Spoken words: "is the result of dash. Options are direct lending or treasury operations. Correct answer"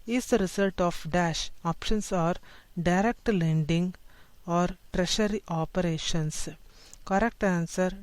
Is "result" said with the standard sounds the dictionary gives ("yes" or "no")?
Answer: no